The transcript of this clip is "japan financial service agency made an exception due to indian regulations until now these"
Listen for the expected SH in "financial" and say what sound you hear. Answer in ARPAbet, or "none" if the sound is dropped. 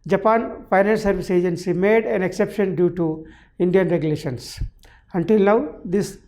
none